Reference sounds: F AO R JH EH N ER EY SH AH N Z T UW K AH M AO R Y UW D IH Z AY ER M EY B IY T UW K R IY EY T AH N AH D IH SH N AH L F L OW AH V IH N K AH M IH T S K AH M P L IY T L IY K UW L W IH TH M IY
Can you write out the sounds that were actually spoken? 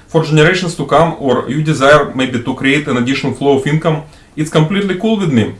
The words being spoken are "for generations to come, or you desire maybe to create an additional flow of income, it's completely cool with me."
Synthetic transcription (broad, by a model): F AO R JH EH N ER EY SH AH N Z T UW K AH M AO R Y UW D IH Z AY ER M EY B IY T UW K R IY EY T AH N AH D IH SH AH N F L OW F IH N K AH M IH T S K AH M P L IY T L IY K UW L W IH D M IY